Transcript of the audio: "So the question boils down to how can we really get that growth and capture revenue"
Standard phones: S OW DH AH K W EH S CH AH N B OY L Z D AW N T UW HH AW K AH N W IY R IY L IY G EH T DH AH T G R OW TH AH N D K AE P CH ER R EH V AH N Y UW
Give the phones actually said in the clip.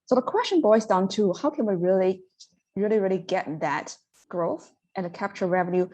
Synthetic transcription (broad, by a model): S OW DH AH K W EH S CH AH N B OY Z D AW N T UW HH AW K AH N W IY R IY L IY G EH T DH AH T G R OW TH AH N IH K AE P CH ER R EH V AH N Y UW